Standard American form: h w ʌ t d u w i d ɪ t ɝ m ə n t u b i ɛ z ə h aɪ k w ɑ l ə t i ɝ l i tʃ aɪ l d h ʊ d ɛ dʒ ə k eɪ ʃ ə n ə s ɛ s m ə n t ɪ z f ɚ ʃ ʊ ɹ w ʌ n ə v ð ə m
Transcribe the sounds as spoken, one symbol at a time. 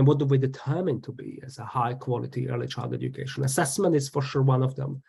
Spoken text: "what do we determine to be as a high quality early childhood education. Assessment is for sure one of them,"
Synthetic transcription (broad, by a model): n w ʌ t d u w i d ɪ t ɝ m ə n t u b i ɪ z ə h aɪ k w ɑ l ə t i ɝ l i tʃ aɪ l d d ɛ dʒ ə k eɪ ʃ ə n ə s ɛ s m ə n t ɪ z f ɚ ʃ ʊ ɹ w ʌ n ə v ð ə m